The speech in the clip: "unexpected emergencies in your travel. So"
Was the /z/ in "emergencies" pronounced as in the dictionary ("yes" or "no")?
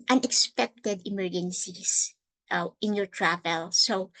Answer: no